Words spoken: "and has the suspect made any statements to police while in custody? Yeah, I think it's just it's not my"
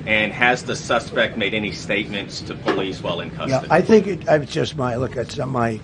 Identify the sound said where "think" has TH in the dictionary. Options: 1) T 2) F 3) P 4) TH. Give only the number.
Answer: 4